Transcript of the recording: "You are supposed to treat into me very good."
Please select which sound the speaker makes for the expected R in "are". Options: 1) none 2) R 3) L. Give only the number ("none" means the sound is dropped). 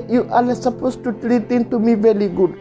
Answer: 3